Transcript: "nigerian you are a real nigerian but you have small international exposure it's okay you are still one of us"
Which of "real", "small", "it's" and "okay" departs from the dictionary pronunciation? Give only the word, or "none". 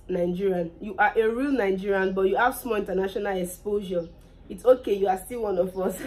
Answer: none